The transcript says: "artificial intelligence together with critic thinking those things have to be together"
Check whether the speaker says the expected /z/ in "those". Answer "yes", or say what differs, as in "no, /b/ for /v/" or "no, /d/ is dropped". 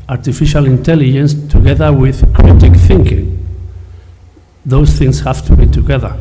no, /s/ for /z/